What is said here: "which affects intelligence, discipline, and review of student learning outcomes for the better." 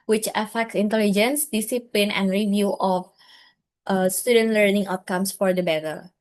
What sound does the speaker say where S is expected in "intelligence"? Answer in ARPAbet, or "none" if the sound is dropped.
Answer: S